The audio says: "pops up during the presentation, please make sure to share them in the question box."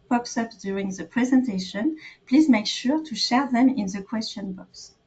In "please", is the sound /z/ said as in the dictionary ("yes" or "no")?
yes